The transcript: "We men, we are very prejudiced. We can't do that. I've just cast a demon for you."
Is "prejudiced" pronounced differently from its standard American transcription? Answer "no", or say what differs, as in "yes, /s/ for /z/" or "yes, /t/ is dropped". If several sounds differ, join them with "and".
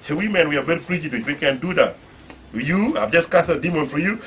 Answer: yes, /f/ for /p/ and /s/ is dropped